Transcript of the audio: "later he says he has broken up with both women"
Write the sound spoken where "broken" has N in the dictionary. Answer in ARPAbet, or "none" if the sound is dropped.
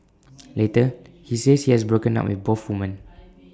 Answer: N